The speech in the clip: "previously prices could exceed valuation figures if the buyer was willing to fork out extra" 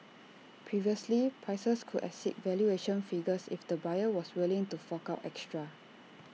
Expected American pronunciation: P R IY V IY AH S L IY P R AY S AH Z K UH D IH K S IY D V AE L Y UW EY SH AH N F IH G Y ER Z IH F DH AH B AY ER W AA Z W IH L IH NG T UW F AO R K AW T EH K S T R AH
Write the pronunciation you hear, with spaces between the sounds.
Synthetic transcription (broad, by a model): P R IY V IY AH S L IY P R AY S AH S K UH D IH S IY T V AE L Y UW EY SH AH N F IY G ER S IH F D AH B AY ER W AA S W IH L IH NG T UW F AO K AW T EH K S T R AH